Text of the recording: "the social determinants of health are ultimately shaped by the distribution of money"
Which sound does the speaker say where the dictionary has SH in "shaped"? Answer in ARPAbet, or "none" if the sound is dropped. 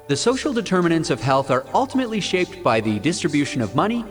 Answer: SH